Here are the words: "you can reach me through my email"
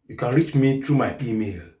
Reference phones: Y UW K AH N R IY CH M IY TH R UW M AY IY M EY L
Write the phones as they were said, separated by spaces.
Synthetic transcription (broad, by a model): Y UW K AH N R IY CH M IY T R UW M AY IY M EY L